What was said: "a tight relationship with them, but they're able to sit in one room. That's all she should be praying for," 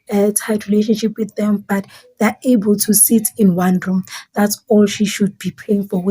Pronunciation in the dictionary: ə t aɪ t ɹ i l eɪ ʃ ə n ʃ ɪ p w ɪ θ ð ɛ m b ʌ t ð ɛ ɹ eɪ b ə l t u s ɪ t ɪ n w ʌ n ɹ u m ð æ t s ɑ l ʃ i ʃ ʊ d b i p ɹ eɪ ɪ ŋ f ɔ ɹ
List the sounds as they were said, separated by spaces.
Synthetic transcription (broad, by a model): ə t aɪ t ɹ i l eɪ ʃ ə n ʃ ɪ p w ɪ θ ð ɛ m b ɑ t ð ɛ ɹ eɪ b ə l t u s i t ɪ n w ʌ n ɹ u m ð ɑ t s ɑ l ʃ i ʃ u d b i p eɪ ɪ ŋ f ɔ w